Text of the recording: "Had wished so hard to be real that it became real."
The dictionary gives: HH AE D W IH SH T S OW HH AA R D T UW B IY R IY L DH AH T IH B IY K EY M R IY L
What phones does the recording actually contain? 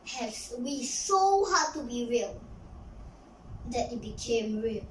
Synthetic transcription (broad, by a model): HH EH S W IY S OW HH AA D T UW B IY R IY L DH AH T IH B IY K EY M R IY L